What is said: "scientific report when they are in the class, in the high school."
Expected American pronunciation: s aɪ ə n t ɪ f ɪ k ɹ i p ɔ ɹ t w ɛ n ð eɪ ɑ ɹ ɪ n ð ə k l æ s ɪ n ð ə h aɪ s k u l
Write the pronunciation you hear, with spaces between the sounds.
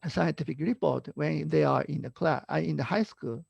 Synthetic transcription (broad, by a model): s aɪ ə n t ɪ f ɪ k ɹ i p ɔ ɹ t w ɛ n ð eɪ ɑ ɹ ɪ n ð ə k l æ ɪ n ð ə h aɪ s k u l